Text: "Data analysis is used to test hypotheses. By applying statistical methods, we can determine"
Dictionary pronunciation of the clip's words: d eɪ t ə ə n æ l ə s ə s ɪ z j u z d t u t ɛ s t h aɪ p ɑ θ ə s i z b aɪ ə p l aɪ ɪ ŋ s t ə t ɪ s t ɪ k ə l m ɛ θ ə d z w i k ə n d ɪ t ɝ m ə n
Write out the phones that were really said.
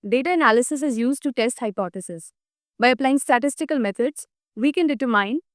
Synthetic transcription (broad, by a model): d eɪ t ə ə n æ l ə s ə s ɪ z j u z d t u t ɛ s t h aɪ p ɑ t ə s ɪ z b aɪ ə p l aɪ ɪ ŋ s t ə t ɪ s t ɪ k ə l m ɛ t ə d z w i k ə n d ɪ t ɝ m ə n